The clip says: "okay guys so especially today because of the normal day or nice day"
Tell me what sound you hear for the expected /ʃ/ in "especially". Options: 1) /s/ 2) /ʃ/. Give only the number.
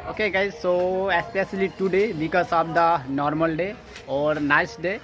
1